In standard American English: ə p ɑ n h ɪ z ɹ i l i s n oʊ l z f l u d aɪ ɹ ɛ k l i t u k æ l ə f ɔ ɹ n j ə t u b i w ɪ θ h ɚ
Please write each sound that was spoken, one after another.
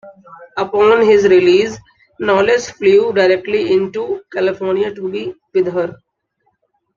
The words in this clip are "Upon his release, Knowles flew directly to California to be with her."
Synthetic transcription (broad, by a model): ə p ɑ n h ɪ z ɹ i l i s n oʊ l s f l u d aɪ ɹ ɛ k l i t u k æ l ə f ɔ ɹ n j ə t u b i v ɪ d h ɚ